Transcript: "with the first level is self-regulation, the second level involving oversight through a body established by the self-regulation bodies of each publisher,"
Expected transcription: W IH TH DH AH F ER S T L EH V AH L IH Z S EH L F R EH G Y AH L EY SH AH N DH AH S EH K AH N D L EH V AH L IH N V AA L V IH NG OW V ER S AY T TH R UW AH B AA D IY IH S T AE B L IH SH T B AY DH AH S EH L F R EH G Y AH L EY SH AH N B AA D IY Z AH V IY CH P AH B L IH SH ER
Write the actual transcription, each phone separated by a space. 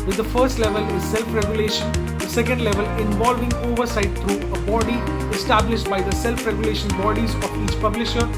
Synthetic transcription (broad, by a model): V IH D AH F ER S T L EH V AH L IH Z S EH L F R EH G Y AH L EY SH AH N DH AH S EH K AH N D L EH V AH L IH N V AA L V IH NG OW V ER S AY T T R UW AH B AA D IY IH S T AE B L IH SH T B AY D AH S EH L F R EH G Y AH L EY SH AH N B AA D IY Z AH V IY CH P AH B L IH SH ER